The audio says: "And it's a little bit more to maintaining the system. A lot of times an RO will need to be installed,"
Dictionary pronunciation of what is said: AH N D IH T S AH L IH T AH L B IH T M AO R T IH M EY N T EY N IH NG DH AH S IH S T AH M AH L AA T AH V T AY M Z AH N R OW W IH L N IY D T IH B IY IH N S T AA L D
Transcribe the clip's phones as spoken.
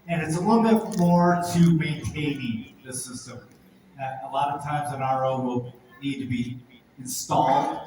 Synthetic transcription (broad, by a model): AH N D IH T S AH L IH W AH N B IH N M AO R T IH M EY N T EY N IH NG DH AH S IH S T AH M AH L AA T AH V T AY M Z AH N R OW W IH L N IY D T IH B IY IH N S T AA L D